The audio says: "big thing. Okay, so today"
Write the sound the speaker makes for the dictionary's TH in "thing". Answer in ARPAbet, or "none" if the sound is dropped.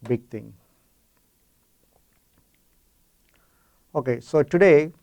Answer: T